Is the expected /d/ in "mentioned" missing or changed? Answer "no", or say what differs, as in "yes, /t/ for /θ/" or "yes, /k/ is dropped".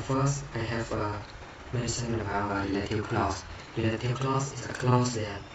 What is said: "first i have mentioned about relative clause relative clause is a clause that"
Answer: yes, /d/ is dropped